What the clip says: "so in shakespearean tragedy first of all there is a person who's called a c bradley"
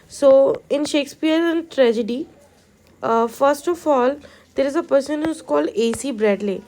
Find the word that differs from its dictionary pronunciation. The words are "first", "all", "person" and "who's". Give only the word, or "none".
who's